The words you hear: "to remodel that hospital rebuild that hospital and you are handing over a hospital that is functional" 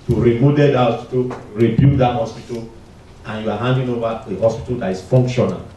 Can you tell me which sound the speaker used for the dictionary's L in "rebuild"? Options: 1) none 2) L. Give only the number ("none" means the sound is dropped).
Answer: 1